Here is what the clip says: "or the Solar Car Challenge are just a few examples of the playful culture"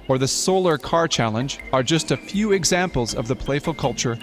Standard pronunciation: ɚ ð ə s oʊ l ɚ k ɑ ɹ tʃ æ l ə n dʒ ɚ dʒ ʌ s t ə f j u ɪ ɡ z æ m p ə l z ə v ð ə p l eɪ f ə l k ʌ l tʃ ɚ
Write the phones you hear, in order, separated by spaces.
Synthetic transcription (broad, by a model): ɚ ð ə s oʊ l ɚ k ɑ ɹ tʃ æ l ə n dʒ ɚ dʒ ʌ s t ə f j u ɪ ɡ z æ m p l z ə v ð ə p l eɪ f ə l k ʌ l tʃ ɚ